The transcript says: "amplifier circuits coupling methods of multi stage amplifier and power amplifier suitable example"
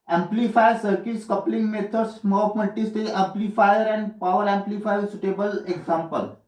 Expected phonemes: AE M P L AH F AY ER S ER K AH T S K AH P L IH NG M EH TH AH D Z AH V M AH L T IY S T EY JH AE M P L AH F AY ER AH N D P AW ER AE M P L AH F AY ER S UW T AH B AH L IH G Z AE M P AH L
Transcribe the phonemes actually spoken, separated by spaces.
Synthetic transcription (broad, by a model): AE M P L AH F AY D S ER K AH T S K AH P L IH NG M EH T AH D S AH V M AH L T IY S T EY AE M P L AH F AY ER AH N D P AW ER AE M P L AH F AY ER S UW T AH B AH L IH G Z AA M P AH L